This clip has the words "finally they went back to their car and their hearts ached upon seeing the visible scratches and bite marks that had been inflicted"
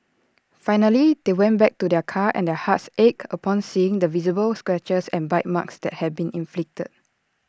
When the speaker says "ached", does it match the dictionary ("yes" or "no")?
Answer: no